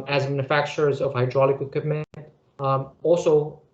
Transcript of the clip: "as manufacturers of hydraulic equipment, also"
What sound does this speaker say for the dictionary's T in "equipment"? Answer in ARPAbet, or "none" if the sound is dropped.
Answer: none